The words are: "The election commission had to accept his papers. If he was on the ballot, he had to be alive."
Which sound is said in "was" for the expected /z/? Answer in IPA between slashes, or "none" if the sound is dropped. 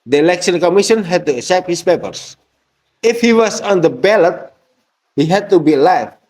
/s/